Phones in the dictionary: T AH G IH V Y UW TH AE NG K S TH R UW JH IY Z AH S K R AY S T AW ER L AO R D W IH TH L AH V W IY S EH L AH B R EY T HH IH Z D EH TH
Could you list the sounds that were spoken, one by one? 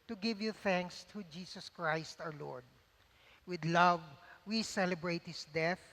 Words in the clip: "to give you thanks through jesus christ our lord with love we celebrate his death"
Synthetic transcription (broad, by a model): T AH G IH V Y UW TH AE NG K S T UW JH IY S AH S K R AY S T AW ER L AO R D W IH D L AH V W IY S EH L AH B R EY T HH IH S D EH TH